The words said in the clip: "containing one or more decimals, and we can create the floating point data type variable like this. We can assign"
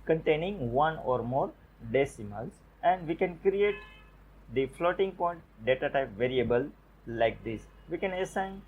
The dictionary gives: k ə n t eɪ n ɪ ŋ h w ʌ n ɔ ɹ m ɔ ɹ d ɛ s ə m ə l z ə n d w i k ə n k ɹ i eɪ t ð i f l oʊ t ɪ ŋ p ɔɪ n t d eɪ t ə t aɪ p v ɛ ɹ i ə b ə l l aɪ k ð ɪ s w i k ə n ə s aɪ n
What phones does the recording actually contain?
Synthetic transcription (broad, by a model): k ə n t eɪ n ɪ ŋ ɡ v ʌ n ɔ ɹ m ɔ ɹ d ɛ s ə m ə l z ə n d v i k ə n k ɹ i eɪ t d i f l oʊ t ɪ ŋ p ɔɪ n t d eɪ t ə t aɪ p v ɛ ɹ i ə b ə l l aɪ k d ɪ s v i k ə n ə s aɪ n